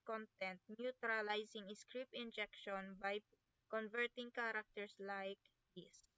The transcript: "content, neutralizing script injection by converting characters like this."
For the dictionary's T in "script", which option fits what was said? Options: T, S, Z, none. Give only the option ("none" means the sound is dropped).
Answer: none